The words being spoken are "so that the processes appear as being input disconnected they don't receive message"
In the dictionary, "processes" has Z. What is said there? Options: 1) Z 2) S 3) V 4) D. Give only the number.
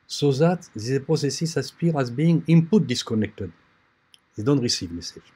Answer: 2